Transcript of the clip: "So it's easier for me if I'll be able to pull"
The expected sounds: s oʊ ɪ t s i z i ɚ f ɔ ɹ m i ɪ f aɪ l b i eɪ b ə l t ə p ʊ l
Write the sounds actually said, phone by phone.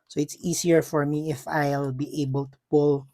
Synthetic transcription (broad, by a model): s oʊ ɪ t s i s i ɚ f ɔ ɹ m i ɪ f aɪ l b i eɪ b ə l t ə p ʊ l